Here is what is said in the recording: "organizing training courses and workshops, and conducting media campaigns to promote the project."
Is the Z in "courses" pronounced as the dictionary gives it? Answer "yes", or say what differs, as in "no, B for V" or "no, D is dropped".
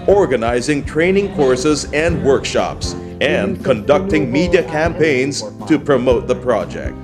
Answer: yes